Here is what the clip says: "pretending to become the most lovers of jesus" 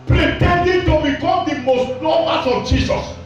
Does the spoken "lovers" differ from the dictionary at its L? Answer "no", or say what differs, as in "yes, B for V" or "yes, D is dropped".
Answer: yes, N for L